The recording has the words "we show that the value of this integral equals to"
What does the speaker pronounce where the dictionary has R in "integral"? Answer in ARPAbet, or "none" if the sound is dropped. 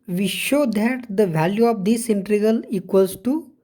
none